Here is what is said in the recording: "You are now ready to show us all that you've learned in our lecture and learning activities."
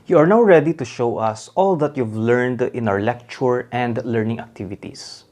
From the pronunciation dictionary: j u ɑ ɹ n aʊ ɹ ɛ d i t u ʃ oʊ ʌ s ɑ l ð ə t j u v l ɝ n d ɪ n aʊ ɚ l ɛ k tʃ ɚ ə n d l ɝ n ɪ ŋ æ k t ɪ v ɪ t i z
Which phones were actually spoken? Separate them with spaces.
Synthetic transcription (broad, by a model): j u ɑ ɹ n aʊ ɹ ɛ d i t u ʃ oʊ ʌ s ɑ l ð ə t j u v l ɝ n d ɪ n aʊ ɚ l ɛ k tʃ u ə n d l ɝ n ɪ ŋ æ k t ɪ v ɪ t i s